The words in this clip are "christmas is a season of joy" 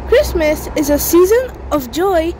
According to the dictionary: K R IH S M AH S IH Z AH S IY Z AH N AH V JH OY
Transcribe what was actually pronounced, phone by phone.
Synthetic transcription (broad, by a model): K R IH S M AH S IH Z AH S IY Z AH N AH V JH OY